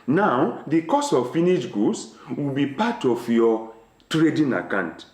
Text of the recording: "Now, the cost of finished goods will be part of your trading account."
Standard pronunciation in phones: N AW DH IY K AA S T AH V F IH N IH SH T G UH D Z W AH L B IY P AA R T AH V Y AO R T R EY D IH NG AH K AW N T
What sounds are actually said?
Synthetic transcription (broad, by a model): N AW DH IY K AA S AH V F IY N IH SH G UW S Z W AH L B IY P AA T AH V Y AO T R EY D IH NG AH K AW N T